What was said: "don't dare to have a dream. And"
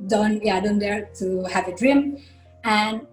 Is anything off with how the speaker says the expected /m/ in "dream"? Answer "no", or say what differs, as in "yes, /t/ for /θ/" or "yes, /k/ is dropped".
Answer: no